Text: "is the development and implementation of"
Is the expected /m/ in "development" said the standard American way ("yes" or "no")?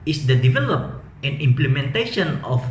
no